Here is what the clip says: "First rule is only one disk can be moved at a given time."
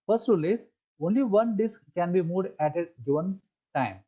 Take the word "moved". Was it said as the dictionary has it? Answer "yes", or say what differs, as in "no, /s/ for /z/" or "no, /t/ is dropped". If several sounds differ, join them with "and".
no, /v/ is dropped